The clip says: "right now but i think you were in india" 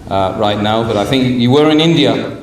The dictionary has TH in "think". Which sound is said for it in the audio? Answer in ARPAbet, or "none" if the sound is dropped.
TH